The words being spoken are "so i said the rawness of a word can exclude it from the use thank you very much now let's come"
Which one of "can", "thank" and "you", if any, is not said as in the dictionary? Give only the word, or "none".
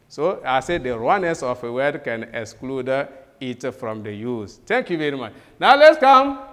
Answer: thank